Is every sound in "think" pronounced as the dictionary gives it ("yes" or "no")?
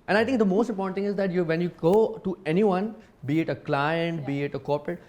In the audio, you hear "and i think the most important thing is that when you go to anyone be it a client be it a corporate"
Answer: no